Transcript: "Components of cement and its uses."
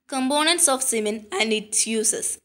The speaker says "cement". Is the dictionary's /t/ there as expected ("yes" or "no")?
no